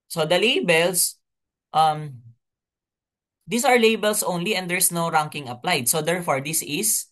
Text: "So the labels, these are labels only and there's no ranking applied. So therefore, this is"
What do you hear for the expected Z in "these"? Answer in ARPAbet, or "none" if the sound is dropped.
S